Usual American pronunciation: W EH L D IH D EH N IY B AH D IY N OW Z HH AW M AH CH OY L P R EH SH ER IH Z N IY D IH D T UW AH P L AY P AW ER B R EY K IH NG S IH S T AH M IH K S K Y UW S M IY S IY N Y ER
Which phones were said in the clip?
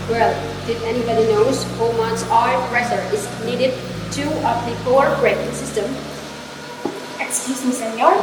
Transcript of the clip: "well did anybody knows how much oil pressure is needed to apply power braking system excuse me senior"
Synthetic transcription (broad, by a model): W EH L D IH D EH N IY B AH D IY N OW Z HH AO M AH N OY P R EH S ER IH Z N IY D IH D T UW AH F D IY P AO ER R R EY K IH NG S IH S T AH M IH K S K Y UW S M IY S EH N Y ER